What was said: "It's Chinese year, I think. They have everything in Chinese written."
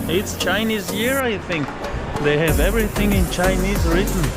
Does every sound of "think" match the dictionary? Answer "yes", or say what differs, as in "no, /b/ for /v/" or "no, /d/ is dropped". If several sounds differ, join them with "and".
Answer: yes